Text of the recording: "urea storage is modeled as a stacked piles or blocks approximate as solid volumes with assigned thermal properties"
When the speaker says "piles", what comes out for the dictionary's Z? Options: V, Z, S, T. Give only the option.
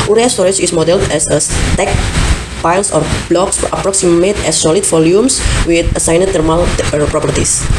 S